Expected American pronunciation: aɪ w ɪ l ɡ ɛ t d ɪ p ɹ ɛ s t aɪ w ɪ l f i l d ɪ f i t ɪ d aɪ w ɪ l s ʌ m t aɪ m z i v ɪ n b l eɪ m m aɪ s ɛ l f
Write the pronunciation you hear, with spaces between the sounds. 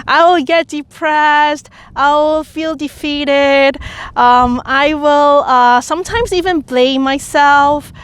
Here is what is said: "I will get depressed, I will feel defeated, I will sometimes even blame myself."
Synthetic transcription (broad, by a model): aɪ w ɪ l ɡ ɛ t d ɪ p ɹ ɛ s t aɪ w ɪ l f i l d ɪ f i t ɪ d aɪ w ɪ l s ʌ m t aɪ m z i v ɪ n b l eɪ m m aɪ s ɛ l f